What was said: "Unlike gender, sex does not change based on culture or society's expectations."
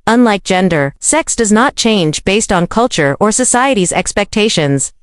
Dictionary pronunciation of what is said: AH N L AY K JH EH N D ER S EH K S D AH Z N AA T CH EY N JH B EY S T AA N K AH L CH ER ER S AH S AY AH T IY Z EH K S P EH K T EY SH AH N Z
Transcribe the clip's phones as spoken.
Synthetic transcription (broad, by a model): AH N L AY K JH EH N D ER S EH K S D AH Z N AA T CH EY N JH B EY S T N K AH L CH ER ER S AH S AY AH T IY Z EH K S P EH K T EY SH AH N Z